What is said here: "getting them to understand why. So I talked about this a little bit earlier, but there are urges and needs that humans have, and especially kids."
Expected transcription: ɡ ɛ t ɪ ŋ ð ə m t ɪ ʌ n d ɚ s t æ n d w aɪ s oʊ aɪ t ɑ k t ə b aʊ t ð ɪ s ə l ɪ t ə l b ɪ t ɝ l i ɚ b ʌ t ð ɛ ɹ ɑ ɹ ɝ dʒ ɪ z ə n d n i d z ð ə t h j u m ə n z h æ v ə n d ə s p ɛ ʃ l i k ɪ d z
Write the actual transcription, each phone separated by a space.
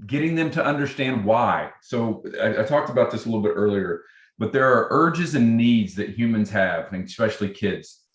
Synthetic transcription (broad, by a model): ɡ ɛ t ɪ ŋ ð ə m t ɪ ʌ n d ɚ s t æ n d w aɪ s oʊ aɪ t ɑ k t ə b aʊ t ð ɪ s ə l ɪ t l b ɪ t ɝ l i ɚ b ʌ t ð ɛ ɹ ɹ ɝ dʒ ɪ z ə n n i d z ð ə t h j u m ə n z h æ v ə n s p ɛ ʃ l i k ɪ d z